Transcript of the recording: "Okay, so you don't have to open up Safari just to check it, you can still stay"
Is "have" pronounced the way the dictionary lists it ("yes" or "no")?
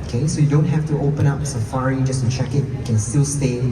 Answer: no